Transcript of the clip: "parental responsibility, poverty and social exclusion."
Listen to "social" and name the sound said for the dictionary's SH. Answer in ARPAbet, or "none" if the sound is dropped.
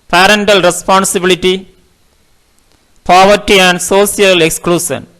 S